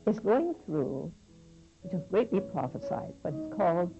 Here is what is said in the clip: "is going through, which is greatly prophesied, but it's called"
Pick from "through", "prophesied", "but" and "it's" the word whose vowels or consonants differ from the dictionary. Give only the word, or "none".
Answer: none